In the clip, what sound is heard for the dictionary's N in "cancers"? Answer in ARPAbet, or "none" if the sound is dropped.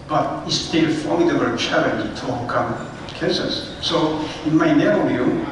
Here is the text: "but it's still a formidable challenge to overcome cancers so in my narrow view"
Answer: none